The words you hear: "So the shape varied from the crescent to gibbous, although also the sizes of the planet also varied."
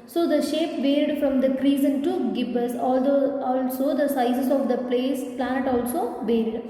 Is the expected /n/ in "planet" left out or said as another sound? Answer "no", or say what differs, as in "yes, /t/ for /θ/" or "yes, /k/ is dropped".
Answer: yes, /l/ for /n/